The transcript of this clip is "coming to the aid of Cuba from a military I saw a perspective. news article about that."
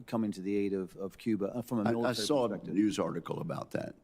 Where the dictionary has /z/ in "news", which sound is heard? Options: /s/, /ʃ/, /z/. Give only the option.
/z/